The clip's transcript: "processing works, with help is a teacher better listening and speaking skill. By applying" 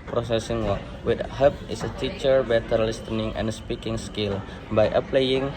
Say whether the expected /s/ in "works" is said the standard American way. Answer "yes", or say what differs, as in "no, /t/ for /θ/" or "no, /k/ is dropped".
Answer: no, /s/ is dropped